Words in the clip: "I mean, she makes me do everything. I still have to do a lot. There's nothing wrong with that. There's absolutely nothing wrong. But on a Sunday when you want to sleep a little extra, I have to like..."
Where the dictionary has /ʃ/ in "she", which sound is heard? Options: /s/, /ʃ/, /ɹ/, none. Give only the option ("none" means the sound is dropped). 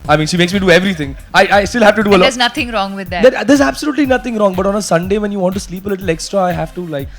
/ʃ/